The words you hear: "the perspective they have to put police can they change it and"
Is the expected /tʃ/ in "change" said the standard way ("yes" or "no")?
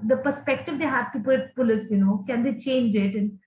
yes